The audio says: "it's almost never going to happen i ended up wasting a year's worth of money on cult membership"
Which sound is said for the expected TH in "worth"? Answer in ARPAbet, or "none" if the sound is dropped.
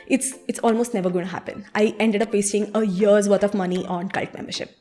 T